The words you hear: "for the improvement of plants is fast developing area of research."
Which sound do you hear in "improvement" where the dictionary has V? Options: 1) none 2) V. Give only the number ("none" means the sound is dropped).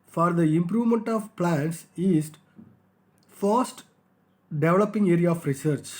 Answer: 2